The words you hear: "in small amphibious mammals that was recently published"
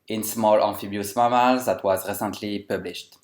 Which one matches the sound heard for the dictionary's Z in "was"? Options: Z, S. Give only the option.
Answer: Z